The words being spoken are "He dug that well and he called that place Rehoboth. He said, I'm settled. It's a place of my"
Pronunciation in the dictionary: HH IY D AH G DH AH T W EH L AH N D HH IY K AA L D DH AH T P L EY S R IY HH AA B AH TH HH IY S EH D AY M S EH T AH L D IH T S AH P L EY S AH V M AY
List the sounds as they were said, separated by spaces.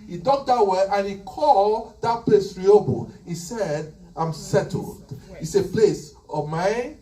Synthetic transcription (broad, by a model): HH IY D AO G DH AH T W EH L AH N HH IY K AA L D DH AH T P L EY S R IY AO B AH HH IY S EH D AY M S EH T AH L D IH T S AH P L EY S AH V M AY